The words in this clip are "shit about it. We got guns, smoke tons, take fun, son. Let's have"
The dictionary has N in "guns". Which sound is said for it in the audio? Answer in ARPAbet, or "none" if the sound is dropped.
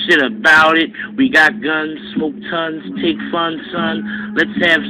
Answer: N